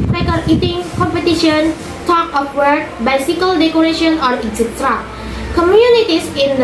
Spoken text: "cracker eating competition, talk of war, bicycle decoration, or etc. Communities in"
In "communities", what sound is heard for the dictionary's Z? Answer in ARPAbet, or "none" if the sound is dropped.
S